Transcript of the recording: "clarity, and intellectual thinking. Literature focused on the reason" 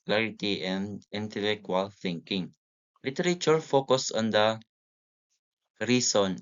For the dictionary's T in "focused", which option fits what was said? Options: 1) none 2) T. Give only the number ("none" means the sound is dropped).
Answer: 1